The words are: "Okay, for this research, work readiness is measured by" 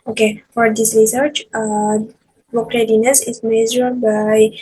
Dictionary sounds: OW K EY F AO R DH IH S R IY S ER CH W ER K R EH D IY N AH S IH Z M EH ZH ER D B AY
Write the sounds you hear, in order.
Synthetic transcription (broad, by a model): OW K EY F AO R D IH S R IY S ER CH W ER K R EH D IY N AH S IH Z M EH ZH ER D B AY